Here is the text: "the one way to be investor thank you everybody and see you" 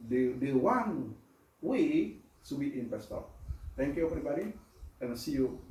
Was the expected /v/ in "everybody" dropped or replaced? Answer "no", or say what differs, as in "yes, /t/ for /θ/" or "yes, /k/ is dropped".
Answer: yes, /p/ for /v/